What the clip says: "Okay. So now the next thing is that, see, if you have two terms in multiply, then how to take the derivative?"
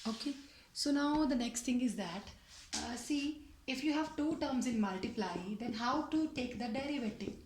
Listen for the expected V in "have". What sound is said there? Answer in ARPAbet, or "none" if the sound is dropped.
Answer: V